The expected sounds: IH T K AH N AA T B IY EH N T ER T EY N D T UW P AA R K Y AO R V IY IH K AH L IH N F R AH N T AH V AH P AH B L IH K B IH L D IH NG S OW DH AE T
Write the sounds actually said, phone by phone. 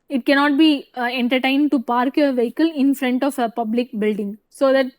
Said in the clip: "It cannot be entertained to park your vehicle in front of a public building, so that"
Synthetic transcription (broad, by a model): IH T K AH N AA T B IY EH N T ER T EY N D T UW P AA R K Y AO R V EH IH K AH L IH N F R AH N T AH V AH P AH B L IH K B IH L D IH NG S OW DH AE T